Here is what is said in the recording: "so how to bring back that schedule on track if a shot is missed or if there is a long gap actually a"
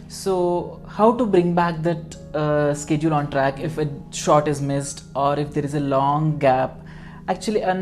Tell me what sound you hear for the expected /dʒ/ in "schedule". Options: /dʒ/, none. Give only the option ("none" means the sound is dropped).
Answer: /dʒ/